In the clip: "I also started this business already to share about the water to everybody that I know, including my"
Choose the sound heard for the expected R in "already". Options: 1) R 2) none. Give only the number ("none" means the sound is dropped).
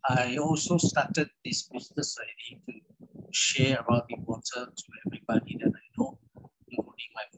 2